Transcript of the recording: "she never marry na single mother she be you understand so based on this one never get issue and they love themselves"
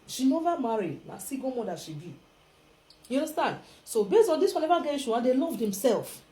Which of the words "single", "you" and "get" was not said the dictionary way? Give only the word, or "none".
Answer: single